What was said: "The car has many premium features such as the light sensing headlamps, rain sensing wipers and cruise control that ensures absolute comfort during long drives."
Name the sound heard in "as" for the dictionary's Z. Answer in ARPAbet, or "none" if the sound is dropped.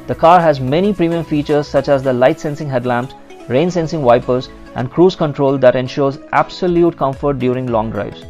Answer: Z